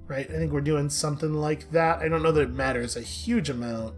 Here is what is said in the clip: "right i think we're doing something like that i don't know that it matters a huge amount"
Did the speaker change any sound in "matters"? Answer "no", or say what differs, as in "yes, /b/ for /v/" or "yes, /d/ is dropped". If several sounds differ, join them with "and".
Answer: no